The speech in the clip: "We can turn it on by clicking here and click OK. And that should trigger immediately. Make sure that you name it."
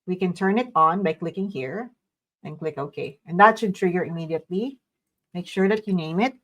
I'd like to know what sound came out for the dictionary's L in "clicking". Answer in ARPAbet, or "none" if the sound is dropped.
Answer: L